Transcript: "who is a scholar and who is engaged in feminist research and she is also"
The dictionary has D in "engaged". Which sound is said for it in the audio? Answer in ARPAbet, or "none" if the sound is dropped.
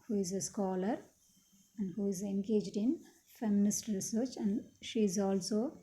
D